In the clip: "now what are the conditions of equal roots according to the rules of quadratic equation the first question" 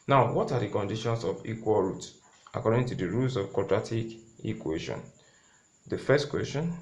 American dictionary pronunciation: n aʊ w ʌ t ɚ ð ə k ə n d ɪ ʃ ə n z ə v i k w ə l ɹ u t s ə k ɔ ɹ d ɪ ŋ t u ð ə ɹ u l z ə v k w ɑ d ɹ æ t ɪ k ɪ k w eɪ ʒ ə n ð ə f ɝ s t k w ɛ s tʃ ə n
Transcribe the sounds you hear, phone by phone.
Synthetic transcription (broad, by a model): n aʊ w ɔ t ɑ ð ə k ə n d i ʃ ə n s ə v i k w ə l ɹ u t ə k ɔ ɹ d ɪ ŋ t u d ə ɹ u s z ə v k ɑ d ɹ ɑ t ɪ k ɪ k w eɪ ʃ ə n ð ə f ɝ s t k w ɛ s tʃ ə n